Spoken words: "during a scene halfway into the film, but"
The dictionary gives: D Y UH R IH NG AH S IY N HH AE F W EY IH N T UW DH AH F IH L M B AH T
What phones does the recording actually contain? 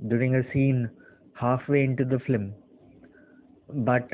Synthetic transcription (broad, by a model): D Y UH R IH NG AH S IY N HH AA F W EY IH N T UW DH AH F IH M B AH T